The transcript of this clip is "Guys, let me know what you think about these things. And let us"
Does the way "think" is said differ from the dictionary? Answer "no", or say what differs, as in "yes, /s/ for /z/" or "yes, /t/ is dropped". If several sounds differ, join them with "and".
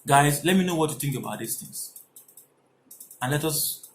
no